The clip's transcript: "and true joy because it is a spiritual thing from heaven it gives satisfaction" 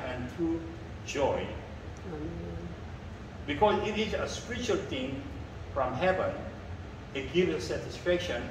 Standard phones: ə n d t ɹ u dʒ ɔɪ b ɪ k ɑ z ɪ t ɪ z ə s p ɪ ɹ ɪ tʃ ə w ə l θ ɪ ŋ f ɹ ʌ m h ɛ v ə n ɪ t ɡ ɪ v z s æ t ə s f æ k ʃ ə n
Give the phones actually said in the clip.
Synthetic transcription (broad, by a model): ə n t ɹ u dʒ ɔɪ b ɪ k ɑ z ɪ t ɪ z ə s p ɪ ɹ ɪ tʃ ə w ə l t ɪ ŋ f ɹ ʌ m h ɛ v ə n ɪ t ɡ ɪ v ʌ s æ t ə s f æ k ʃ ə n